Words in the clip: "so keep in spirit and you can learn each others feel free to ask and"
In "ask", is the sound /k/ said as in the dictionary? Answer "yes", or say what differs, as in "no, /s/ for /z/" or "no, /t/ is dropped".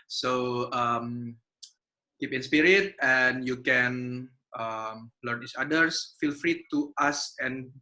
no, /k/ is dropped